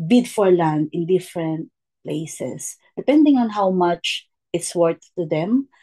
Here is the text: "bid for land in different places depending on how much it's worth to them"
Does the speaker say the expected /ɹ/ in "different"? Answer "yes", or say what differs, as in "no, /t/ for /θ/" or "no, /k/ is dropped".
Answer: yes